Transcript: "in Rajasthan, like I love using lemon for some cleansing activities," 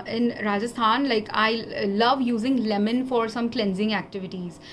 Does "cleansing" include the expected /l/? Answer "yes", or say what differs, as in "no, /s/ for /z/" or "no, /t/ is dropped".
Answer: yes